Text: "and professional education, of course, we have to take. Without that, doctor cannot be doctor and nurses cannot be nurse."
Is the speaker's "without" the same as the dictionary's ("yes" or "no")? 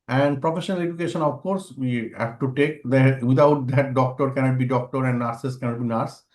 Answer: no